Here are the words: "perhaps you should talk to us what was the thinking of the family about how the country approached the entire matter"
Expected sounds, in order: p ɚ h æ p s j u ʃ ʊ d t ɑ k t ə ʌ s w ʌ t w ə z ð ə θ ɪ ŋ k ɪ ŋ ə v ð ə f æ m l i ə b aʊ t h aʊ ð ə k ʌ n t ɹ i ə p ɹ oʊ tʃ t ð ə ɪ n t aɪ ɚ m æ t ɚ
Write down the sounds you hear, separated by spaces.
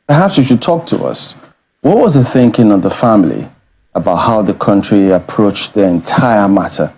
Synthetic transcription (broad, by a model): p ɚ h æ p s j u ʃ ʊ d t ɑ k t ə ʌ s w ʌ t w ə z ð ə θ ɪ ŋ k ɪ ŋ ə v ð ə f æ m l i ə b aʊ t h aʊ ð ə k ʌ n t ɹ i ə p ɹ oʊ tʃ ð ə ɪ n t aɪ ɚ m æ t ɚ